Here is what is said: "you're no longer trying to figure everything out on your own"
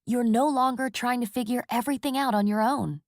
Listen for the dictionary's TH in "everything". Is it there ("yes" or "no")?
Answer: yes